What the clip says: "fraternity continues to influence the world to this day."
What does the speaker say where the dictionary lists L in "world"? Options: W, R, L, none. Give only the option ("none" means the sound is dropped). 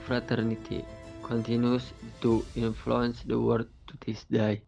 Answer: none